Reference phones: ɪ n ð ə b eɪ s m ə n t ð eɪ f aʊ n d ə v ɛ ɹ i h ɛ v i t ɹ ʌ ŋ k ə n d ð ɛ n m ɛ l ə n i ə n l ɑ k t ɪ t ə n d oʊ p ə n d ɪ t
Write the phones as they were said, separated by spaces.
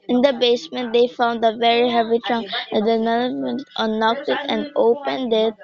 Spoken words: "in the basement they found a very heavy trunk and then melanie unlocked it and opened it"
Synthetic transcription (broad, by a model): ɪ n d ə b eɪ s m ə n t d eɪ f aʊ n d ə v ɛ ɹ i h ɛ v i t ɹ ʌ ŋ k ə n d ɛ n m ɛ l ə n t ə n ɑ k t ɪ t ə n d oʊ p ə n d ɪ t